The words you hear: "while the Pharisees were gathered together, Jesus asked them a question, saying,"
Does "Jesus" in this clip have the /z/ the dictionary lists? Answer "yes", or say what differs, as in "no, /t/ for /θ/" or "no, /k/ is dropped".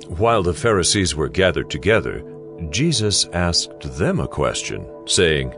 yes